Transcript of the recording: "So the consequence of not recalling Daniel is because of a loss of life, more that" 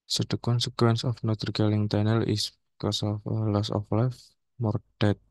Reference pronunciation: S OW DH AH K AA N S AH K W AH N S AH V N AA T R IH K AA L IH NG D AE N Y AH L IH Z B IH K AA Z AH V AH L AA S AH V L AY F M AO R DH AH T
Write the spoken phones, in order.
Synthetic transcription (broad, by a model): S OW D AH K AA N S AH K W AH N S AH F N AA T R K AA L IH NG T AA N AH L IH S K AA S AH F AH L AA S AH F L AY F M AO R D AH T